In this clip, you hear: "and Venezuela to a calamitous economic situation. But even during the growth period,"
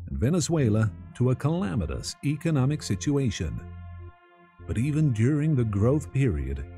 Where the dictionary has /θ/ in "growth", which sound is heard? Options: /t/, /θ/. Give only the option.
/θ/